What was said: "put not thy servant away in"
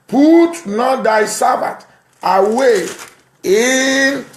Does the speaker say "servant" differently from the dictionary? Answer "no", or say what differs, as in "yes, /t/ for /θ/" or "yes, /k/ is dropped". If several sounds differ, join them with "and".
yes, /b/ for /v/ and /n/ is dropped